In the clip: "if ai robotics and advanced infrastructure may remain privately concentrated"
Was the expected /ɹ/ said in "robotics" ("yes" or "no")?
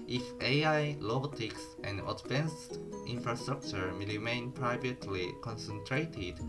no